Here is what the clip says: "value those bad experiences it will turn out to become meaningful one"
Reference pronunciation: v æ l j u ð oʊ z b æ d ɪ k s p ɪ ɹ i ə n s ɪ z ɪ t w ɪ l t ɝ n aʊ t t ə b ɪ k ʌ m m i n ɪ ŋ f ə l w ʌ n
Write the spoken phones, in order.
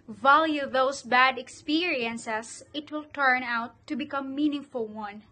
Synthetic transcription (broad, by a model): v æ l j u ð oʊ s b æ d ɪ k s p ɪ ɹ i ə n s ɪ s ɪ t w ɪ l t ɝ n aʊ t t ə b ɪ k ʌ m m i n ɪ ŋ f ə l w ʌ n